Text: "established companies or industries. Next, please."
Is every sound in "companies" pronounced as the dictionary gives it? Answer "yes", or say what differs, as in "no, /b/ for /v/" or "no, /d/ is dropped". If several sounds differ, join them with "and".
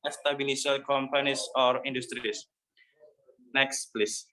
no, /s/ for /z/